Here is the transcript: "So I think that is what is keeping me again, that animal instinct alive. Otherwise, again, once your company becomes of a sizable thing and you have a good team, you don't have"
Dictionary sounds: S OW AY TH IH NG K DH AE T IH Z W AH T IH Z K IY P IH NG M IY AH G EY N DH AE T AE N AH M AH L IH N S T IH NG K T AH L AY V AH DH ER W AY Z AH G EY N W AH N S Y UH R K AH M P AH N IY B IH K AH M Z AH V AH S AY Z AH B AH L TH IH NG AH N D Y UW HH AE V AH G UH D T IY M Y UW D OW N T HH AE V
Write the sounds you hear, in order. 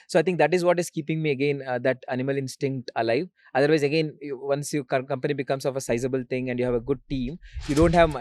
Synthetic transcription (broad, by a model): S OW AY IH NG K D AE T IH Z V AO T IH Z K IY P IH NG M IY AH G EY N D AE T AE N AH M AH L IH N S T IH NG K T AH L AY V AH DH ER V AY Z AH G EY N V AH N S Y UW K K AH M P AH N IY B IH K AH M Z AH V AH S AY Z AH B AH L T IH NG AH N D Y UW HH AE V AH G UH D T IY M Y UW D OW N T HH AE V